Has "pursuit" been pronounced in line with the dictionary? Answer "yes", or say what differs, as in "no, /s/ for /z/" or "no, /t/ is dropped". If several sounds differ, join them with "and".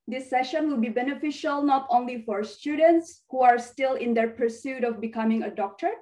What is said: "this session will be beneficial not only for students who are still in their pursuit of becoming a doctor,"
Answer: yes